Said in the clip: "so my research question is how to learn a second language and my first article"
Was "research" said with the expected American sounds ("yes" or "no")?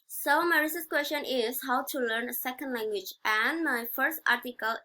no